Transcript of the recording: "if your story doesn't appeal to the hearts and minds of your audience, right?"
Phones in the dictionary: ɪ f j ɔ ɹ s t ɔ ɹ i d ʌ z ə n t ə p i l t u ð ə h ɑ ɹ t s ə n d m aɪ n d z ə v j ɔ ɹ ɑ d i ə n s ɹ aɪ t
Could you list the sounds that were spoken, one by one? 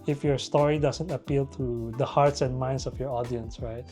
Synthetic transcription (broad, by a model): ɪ f j ɔ ɹ s t ɔ ɹ i d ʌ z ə n t ə p i l t u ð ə h ɑ ɹ t s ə n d m aɪ n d s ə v j ɔ ɹ ɑ d i ə n s ɹ aɪ t